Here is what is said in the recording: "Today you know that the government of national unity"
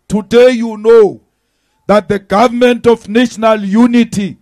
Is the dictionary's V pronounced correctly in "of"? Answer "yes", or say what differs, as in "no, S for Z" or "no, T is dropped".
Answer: no, F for V